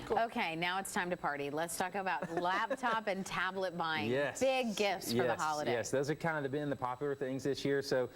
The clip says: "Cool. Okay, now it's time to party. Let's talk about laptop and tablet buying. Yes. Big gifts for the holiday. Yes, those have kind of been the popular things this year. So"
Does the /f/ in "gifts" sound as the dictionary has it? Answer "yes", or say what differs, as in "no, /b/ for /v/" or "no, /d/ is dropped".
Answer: yes